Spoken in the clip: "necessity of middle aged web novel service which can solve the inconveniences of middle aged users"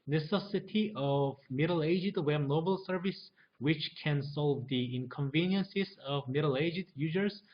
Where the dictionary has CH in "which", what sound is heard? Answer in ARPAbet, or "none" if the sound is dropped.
CH